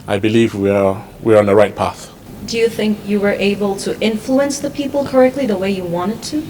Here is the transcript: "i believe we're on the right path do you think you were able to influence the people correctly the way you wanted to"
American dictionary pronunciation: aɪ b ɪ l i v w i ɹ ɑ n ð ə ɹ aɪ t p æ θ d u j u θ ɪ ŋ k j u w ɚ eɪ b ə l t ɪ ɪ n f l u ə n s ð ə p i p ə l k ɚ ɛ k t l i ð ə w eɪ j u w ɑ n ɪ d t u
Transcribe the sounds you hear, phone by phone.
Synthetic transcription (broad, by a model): aɪ b ɪ l i v w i w ɑ n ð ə ɹ aɪ t p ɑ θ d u j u θ ɪ ŋ k j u w ɚ eɪ b ə l t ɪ ɪ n f l u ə n s ð ə p i p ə l k ɚ ɛ k t l i ð ə w eɪ j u w ɑ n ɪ d t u